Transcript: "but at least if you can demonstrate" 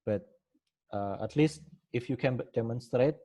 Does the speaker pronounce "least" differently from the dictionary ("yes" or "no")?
no